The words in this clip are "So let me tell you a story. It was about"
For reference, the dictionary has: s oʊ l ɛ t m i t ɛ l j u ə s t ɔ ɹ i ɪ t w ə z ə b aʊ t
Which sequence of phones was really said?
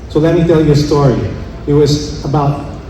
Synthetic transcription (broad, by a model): s oʊ l ɛ t m i t ɛ l j ə s t ɔ ɹ i ɪ t w ə z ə b aʊ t